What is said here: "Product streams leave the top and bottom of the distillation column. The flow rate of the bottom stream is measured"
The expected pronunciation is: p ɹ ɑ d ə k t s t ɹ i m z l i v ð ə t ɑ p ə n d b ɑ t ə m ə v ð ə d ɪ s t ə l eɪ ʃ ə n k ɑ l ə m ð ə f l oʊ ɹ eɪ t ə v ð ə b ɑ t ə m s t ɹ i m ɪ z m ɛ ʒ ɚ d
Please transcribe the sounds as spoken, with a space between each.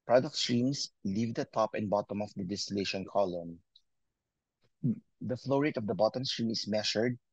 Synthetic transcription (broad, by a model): p ɹ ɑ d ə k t s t ɹ i m s l i v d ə t ɑ p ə n b ɑ t ə m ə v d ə d ɪ s t ə l eɪ ʃ ə n k ɑ l ə m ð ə f l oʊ ɹ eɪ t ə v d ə b ɑ t ə m s t ɹ i m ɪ s m ɛ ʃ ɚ d